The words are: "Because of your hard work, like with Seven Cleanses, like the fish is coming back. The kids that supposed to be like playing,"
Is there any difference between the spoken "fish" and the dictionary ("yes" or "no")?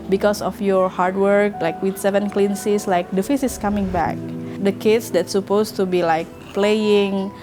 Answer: yes